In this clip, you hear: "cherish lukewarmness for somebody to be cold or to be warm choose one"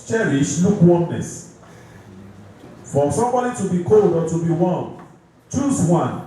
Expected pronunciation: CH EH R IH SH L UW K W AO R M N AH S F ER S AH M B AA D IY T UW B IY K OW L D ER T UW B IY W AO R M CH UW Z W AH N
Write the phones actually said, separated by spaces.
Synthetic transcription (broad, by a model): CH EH R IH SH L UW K W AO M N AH S F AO S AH M B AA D IY T UW B IY K OW L D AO T UW B IY W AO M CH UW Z W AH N